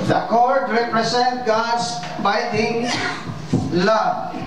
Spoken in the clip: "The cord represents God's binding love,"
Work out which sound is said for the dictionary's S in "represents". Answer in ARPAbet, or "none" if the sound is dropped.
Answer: none